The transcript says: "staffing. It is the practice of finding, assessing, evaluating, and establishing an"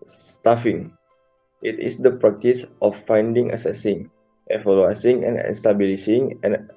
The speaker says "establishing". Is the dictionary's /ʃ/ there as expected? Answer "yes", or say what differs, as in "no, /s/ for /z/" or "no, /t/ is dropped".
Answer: no, /s/ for /ʃ/